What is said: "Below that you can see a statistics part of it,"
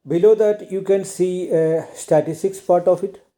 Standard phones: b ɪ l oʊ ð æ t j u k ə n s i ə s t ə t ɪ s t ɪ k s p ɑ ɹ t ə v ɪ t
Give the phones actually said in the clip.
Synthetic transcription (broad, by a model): b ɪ l oʊ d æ t j u k ə n s i ə s t ə t ɪ s t ɪ k s p ɑ ɹ t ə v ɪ t